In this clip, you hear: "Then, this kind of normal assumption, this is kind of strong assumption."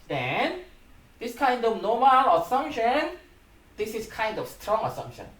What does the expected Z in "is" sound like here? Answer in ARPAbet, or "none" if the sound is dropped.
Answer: S